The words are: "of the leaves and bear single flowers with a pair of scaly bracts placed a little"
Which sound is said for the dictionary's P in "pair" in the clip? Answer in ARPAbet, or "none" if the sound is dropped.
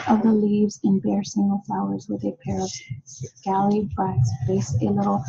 P